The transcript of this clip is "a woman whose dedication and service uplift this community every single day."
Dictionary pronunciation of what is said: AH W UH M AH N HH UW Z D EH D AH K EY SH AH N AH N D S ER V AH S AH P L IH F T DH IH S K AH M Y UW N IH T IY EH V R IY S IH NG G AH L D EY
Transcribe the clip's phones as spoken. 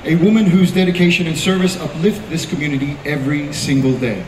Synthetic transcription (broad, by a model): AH W UH M AH N HH UW Z D EH D AH K EY SH AH N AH N S ER V AH S AH P L IH F T DH IH S K AH M Y UW N IH T IY EH V R IY S IH NG G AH L D EY